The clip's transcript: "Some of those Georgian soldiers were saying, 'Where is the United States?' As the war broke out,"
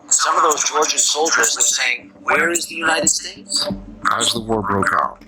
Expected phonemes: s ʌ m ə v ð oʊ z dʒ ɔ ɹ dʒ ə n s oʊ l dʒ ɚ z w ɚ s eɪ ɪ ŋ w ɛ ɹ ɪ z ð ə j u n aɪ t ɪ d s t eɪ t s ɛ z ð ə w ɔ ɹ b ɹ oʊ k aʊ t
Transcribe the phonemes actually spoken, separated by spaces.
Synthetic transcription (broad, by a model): s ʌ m ə v ð oʊ z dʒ ɔ ɹ dʒ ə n s oʊ l dʒ ɚ z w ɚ s eɪ ɪ ŋ w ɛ ɹ ɪ z ð ə j u n aɪ t ɪ d s t eɪ t s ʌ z ð ə w ɔ ɹ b ɹ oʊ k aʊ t